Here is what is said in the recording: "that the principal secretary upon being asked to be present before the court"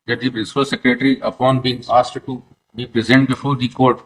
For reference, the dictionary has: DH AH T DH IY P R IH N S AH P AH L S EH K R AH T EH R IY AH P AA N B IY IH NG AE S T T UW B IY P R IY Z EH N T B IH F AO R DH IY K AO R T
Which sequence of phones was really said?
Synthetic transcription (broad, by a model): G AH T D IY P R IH S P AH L S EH K R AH T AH R IY AH P AA N B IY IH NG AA S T T UW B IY P R IY Z EH N T B IH F AO R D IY K AO R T